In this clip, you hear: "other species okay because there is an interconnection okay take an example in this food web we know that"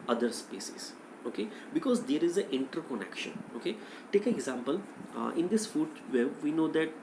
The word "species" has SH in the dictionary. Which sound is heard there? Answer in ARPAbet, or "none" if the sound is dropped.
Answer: S